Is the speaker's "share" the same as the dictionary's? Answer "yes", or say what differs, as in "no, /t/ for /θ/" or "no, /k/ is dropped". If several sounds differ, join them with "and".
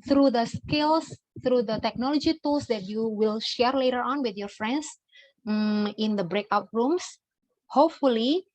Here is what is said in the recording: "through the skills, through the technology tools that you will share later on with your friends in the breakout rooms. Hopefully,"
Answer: yes